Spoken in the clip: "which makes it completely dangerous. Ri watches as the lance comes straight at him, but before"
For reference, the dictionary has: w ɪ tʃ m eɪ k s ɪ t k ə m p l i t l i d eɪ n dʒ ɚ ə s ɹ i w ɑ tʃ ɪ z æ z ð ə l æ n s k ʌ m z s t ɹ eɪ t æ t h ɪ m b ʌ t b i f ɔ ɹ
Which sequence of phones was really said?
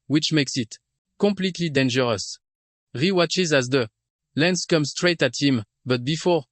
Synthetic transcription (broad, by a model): w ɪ tʃ m eɪ k s ɪ t k ə m p l i t l i d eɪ n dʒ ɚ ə s ɹ i w ɑ tʃ ɪ z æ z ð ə l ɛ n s k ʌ m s t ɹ eɪ t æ t h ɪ m b ʌ t b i f ɔ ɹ